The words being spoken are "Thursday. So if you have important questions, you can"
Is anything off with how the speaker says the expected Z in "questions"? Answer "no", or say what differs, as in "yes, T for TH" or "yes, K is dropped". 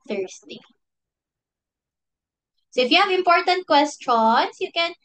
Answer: yes, S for Z